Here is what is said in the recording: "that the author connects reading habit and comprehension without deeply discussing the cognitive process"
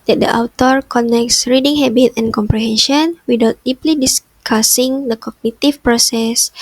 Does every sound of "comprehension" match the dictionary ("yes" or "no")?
yes